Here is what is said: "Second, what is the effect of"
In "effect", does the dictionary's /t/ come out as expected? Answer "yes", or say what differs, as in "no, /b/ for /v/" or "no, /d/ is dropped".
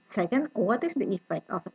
yes